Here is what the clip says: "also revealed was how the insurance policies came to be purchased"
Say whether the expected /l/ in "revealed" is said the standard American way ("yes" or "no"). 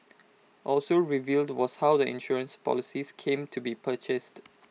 yes